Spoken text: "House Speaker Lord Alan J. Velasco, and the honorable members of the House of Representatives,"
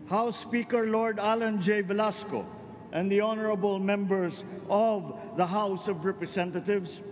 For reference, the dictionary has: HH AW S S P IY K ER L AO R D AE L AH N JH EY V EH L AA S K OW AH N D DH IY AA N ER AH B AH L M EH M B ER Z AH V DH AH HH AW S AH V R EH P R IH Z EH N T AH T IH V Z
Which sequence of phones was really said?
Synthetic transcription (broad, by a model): HH AW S S P IY K ER L AO R D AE L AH N JH EY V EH L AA S K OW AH N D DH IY AA N ER AH B AH L M EH M B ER S AH V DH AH HH AW S AH V R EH P R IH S EH N T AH T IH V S